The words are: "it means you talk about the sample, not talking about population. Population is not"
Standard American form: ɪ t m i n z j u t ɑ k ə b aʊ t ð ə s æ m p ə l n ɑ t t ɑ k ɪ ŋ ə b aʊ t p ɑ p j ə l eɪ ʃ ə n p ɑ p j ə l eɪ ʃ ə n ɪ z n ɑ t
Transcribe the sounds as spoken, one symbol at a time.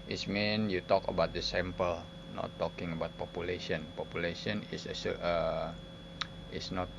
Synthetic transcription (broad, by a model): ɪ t m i n j u t ɑ k ə b aʊ t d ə s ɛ m p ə l n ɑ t t ɑ k ɪ ŋ ə b aʊ t p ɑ p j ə l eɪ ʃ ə n p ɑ p j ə l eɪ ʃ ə n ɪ s n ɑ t